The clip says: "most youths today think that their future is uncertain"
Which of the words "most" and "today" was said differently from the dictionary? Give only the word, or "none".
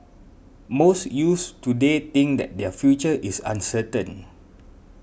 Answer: none